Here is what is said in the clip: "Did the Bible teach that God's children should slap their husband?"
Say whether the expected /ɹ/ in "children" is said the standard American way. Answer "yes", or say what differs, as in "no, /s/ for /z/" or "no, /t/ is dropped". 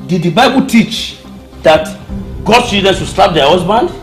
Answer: no, /ɹ/ is dropped